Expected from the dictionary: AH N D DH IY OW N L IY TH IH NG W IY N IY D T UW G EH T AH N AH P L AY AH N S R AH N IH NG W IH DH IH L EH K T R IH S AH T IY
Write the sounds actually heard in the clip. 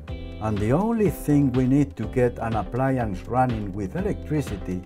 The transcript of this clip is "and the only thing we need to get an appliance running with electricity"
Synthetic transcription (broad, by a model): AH N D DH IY OW N L IY TH IH NG W IY N IY D T UW G EH T AH N AH P L AY AH N S R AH N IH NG W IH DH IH L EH K T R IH S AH T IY